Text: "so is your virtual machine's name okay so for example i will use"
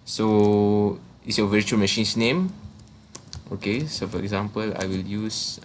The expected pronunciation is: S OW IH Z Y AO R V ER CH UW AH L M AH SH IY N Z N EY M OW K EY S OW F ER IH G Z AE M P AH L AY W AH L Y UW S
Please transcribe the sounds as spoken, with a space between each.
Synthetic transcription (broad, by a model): S OW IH S Y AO V ER CH UW AH L M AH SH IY N S N EY M OW K EY S OW F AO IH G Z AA M P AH L AY W AH L Y UW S